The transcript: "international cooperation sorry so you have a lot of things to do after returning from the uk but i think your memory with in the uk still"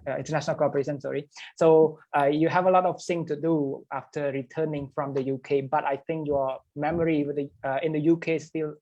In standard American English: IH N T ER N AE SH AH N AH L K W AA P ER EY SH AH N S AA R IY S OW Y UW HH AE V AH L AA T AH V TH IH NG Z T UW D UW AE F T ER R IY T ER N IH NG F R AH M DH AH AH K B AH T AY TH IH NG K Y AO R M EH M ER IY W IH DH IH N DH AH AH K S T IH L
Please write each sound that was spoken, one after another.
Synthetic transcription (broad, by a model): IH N T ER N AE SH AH N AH L K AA P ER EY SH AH N S AA R IY S OW Y UW HH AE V AH L AA T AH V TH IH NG T UW D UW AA F T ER R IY T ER N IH NG F R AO M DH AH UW K B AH T AY TH IH NG K Y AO M EH M ER IY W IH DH IH N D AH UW K S T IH L